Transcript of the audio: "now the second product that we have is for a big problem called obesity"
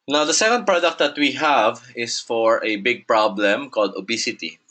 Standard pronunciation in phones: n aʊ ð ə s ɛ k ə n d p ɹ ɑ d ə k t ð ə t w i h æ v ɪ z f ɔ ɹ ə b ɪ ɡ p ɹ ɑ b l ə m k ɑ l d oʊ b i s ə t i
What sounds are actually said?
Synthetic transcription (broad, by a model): n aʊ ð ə s ɛ k ə n d p ɹ ɑ d ə k t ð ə t w i h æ v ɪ s f ɔ ɹ ə b ɪ ɡ p ɹ ɑ b l ə m k ɑ l d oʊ b i s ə t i